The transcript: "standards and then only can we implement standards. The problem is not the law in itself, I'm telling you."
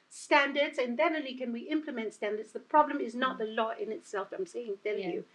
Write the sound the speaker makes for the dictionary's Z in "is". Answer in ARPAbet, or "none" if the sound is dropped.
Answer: Z